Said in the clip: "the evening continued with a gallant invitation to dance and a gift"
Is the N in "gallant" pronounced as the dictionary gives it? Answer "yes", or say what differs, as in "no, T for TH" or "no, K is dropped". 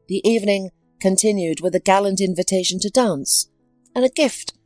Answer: yes